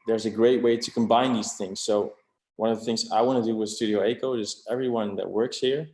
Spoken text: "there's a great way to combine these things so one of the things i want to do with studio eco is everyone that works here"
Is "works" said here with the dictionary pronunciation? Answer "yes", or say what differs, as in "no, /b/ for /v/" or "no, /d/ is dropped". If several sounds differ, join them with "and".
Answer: yes